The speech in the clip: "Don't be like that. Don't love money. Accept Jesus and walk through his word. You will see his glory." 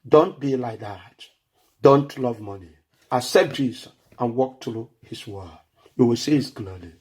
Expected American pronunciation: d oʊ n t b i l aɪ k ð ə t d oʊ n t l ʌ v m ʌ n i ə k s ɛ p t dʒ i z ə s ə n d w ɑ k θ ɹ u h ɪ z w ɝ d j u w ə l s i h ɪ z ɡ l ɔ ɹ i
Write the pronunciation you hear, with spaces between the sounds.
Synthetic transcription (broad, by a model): d oʊ n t b i l aɪ k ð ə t d oʊ n t l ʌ v m ʌ n i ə s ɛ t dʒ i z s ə n w ɑ k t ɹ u h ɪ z w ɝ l j u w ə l s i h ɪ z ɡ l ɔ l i